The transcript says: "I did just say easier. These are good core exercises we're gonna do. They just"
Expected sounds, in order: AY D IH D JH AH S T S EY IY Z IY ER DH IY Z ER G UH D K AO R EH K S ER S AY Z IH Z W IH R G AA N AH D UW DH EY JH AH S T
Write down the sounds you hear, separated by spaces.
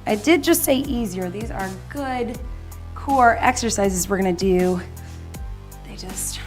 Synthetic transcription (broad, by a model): AY D IH D JH AH S T S EY IY Z IY ER DH IY Z ER G UH D K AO R EH K S ER S AY Z IH Z W IH R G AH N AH D UW DH EY JH AH S T